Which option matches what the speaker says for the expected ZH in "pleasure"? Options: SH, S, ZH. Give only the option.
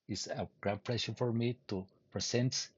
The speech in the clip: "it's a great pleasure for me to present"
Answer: SH